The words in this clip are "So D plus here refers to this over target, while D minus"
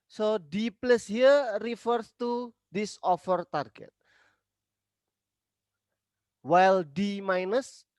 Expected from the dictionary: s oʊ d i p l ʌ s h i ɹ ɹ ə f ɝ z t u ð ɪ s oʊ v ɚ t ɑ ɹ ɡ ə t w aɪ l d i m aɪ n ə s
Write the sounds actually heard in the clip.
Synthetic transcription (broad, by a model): s oʊ d i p l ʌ s h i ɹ ɹ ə f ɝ s t u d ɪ s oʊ f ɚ t ɑ ɹ ɡ ə t w aɪ l d i m aɪ n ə s